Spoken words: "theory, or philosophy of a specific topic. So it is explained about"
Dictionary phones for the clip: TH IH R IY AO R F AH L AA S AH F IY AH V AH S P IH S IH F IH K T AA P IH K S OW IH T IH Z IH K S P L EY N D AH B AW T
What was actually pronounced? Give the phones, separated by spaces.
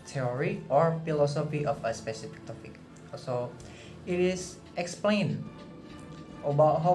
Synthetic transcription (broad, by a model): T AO R IY AO R F AH L AA S AH F IY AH F AH S P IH S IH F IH K T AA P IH K S OW IH T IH S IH K S P L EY N AH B AW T